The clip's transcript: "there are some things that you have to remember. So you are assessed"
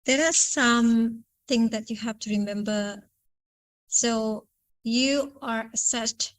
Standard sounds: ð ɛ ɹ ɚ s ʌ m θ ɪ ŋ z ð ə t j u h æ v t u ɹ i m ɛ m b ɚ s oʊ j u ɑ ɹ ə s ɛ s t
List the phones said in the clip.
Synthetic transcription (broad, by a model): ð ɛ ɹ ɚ s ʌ m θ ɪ ŋ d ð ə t j u h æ f t u ɹ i m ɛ m b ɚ s oʊ j u ɑ ɹ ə s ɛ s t